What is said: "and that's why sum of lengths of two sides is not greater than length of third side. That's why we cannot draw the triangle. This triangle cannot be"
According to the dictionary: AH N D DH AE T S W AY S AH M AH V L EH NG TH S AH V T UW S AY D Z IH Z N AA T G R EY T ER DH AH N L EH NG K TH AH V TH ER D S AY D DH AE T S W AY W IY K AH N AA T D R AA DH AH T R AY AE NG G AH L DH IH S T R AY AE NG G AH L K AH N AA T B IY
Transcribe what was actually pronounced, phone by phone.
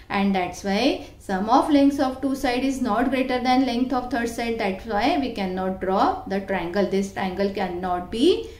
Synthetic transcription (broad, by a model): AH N D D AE T S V AY S AH M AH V L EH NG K S AH V T UW S AY D IH Z N AA T G R EY T ER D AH N L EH NG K T AH V T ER D S AY D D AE T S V AY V IY K AH N AA T D R AA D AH T R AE NG G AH L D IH S T R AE NG G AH L K AH N AA T B IY